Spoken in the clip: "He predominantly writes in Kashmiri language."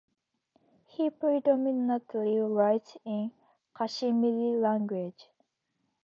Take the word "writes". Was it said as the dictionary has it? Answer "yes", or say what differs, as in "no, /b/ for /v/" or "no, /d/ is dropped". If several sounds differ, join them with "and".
no, /s/ is dropped